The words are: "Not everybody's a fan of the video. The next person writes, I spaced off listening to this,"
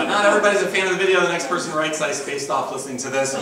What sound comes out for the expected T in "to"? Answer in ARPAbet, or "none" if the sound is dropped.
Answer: S